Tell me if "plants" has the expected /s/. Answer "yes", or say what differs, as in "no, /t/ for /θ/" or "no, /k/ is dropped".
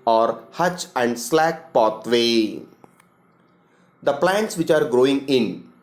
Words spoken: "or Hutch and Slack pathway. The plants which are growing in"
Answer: yes